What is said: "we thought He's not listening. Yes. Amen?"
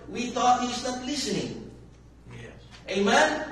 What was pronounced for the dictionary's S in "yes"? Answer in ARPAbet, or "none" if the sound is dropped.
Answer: none